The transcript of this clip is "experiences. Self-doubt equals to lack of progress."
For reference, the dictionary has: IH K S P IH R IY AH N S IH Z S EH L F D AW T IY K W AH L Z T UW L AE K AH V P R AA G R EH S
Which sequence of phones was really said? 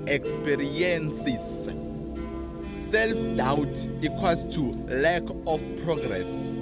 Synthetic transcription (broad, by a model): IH K S P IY R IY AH N S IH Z S EH L F D AW T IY K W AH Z T UW L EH K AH F P R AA G R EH S